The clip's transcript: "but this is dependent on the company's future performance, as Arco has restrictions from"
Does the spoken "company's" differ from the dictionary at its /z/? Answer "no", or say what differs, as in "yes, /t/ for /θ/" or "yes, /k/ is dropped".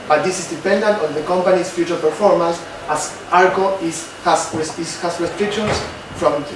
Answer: yes, /s/ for /z/